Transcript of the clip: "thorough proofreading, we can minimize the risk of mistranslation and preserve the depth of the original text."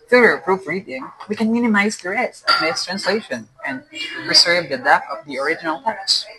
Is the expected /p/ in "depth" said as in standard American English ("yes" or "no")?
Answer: no